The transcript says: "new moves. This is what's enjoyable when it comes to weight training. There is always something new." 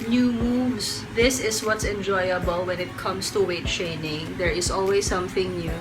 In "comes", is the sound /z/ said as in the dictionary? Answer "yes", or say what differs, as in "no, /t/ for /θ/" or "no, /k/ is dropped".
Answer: no, /s/ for /z/